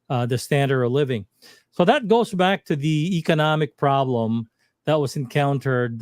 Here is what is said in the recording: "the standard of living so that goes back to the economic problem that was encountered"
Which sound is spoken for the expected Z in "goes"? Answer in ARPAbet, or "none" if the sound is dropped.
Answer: Z